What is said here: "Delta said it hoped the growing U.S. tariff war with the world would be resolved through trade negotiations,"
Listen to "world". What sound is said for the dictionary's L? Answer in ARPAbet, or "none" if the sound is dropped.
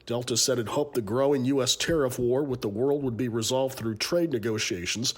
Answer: L